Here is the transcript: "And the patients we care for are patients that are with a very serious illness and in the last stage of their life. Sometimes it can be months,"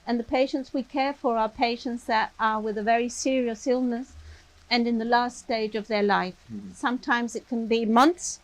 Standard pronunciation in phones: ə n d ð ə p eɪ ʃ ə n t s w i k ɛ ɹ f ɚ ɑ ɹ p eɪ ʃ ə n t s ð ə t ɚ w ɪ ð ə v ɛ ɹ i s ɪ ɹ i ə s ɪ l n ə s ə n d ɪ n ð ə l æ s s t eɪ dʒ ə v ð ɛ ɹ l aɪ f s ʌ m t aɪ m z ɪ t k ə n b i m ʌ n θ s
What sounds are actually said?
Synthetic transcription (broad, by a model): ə n ð ə p eɪ ʃ ə n t s w i k ɛ ɹ f ɚ ɑ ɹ p eɪ ʃ ə n t s ð ə t ɚ w ɪ ð ə v ɛ ɹ i s ɪ ɹ i ə s ɪ l n ə s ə n ɪ n ð ə l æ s s t eɪ dʒ ə v ð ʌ ɹ l aɪ f s ʌ m t aɪ m z ɪ t k ə n b i m ʌ n θ s